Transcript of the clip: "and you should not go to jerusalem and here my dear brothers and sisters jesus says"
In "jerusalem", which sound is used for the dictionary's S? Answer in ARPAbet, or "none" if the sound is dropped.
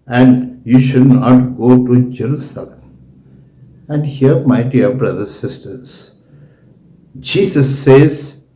S